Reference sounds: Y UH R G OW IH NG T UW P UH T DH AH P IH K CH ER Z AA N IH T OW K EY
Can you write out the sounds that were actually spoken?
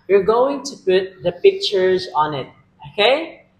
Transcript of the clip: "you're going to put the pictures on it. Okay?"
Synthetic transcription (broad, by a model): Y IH R G OW IH NG T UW P UH T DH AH P IH K CH ER Z AA N IH T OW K EY